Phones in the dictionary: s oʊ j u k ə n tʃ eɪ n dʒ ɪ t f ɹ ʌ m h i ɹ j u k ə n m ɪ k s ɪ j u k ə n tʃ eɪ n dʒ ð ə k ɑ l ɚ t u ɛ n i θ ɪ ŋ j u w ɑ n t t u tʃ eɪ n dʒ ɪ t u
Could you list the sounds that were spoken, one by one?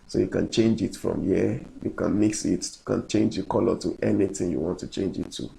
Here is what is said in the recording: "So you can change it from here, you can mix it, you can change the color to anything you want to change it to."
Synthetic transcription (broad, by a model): s oʊ j u k ə n tʃ eɪ n dʒ ɪ t f ɹ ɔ m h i j u k ə n m ɪ k s ɪ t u k ə n tʃ eɪ n dʒ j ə k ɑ l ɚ t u ɛ n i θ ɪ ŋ j u w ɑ n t t u tʃ eɪ n dʒ ɪ t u